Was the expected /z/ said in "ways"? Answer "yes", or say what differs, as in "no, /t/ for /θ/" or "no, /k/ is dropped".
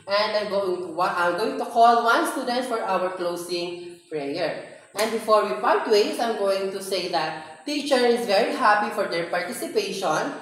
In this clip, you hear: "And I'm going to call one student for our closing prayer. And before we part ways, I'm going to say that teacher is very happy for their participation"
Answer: no, /s/ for /z/